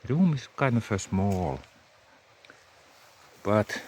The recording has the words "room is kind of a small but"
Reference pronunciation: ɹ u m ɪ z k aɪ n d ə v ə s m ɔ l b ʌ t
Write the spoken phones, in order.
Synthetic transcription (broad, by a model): ɹ u m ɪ s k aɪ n ə f ə s m ɔ l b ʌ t